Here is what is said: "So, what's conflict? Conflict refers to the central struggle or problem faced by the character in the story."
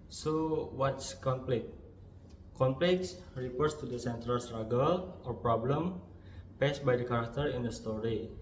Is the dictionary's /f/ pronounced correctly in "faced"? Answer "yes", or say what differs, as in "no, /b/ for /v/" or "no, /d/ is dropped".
no, /p/ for /f/